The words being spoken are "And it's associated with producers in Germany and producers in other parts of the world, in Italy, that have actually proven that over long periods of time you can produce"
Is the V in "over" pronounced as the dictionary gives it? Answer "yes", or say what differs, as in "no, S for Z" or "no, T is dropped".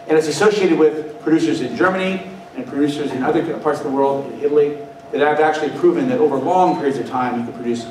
yes